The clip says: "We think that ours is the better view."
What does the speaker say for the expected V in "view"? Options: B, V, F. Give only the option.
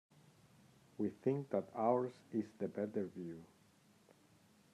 V